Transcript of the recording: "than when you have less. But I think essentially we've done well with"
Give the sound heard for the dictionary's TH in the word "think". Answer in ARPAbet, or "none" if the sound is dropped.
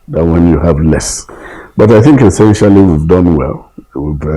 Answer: TH